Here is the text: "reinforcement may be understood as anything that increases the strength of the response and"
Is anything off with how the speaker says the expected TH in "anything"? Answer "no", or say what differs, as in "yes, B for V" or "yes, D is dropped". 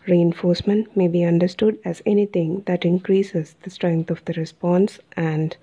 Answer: yes, T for TH